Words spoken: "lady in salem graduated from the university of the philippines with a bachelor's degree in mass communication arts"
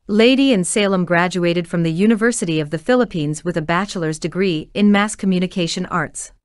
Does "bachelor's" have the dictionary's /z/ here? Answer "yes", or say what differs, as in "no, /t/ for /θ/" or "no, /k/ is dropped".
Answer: yes